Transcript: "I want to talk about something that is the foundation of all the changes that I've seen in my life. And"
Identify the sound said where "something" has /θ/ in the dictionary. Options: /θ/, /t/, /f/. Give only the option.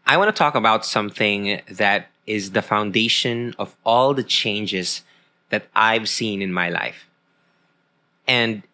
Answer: /θ/